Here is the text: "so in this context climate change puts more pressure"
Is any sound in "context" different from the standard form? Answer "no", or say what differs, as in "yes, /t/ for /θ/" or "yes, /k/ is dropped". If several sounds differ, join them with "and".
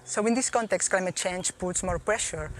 no